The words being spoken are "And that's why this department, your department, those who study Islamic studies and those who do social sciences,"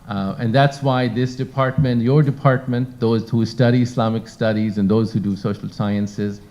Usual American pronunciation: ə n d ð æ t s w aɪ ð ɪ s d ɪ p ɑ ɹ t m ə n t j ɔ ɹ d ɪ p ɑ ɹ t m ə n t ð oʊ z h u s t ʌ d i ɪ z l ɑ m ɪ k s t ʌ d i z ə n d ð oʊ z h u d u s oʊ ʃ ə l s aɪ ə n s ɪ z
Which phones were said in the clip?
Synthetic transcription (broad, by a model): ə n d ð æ t s w aɪ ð ɪ s d ɪ p ɑ ɹ t m ə n t j ɔ ɹ d ɪ p ɑ ɹ t m ə n t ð oʊ z h u s t ʌ d i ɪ s l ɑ m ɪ k s t ʌ d i z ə n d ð oʊ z h u d u s oʊ ʃ ə l s aɪ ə n s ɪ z